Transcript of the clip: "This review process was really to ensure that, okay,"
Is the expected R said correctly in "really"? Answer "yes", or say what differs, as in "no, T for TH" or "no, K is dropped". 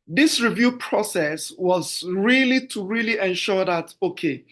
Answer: yes